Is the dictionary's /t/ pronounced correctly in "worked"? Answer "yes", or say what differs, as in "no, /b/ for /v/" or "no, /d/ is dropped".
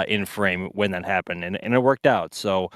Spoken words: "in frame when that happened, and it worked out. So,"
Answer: yes